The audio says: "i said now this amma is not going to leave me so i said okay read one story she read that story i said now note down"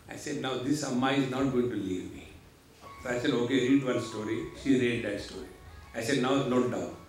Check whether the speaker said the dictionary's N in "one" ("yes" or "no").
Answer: no